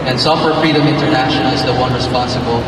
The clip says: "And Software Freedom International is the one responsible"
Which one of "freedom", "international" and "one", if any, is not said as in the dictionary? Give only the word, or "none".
international